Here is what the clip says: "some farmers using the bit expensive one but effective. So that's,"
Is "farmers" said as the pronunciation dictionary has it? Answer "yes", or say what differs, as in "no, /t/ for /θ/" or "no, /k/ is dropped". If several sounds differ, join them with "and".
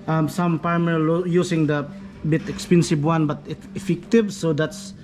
no, /p/ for /f/